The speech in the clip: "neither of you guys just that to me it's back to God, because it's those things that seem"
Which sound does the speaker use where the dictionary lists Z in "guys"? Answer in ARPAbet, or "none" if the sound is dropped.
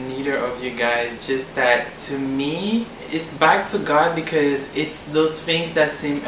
Z